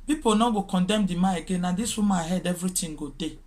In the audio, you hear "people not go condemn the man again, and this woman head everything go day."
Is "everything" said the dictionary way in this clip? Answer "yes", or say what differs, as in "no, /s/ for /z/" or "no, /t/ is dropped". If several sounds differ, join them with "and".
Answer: no, /t/ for /θ/